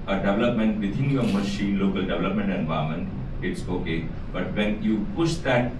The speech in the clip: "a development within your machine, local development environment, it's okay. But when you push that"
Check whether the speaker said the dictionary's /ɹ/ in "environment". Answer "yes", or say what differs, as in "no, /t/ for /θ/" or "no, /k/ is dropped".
no, /ɹ/ is dropped